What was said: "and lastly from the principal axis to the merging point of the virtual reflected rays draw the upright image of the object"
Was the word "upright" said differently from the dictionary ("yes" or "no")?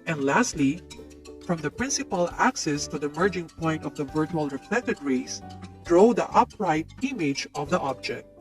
no